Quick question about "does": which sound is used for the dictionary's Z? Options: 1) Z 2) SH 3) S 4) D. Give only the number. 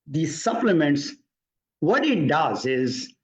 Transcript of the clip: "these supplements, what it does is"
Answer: 1